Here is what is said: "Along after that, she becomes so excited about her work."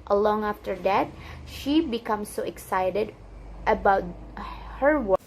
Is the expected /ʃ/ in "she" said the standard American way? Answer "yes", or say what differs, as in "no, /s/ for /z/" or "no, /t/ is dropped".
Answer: yes